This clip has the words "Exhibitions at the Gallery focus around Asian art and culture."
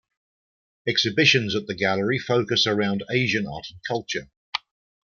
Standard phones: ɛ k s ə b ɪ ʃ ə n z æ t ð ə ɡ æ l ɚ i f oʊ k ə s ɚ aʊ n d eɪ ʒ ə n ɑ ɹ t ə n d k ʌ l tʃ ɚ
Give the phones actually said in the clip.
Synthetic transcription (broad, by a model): ɛ k s ə b ɪ ʃ ə n z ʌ t ð ə ɡ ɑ l ɚ i f oʊ k ə s ɚ aʊ n d eɪ ʒ ə n ɑ t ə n k ʌ l tʃ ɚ